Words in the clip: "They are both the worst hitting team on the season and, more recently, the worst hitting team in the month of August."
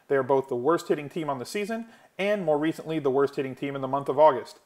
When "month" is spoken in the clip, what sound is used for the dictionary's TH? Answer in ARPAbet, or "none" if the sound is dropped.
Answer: TH